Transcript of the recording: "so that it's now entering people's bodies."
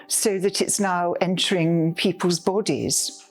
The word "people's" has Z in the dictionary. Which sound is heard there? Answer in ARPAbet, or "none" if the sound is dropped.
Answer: Z